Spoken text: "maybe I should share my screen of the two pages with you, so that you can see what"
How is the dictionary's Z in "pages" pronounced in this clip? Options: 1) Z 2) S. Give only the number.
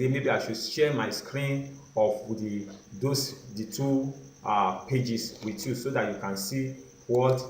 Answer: 2